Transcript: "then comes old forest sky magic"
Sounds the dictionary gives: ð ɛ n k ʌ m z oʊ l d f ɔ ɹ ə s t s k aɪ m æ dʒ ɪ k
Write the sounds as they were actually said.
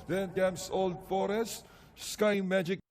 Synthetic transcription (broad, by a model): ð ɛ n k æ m s oʊ l d f ɔ ɹ ə s t s k aɪ m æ dʒ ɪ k